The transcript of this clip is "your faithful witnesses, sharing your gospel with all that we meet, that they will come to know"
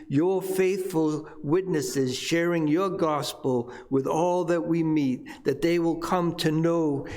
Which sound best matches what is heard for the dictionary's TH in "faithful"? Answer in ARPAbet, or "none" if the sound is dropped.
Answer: TH